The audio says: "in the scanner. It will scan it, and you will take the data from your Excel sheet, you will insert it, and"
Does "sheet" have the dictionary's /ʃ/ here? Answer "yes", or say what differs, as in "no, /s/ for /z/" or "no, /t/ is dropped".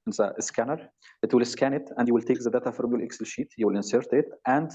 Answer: yes